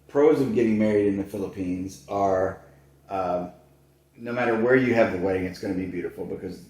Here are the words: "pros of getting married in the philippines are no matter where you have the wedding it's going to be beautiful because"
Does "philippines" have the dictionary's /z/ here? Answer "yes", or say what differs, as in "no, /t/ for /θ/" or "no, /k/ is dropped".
yes